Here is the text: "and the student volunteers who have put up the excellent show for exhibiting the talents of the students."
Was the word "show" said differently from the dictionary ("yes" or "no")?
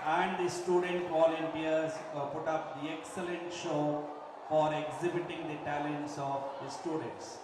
no